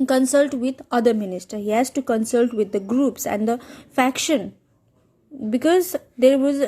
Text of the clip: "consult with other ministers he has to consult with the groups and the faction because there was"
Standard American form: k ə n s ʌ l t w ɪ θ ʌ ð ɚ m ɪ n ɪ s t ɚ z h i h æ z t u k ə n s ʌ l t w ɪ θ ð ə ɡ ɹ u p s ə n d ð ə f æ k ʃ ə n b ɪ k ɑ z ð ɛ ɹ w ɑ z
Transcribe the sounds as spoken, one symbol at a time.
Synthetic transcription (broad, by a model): k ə n s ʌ l t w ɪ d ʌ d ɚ m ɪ n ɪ s t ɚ h i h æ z t u k ə n s ʌ l t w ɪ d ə ɡ ɹ u p s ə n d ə f æ k ʃ ə n b ɪ k ɑ z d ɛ ɹ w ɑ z